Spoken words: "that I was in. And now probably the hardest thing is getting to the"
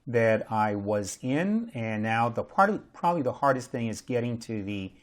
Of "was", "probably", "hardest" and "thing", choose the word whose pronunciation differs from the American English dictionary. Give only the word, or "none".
none